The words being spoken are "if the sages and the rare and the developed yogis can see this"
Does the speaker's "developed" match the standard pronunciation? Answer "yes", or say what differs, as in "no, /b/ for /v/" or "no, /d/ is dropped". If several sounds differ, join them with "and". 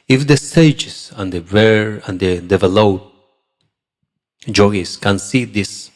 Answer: no, /p/ is dropped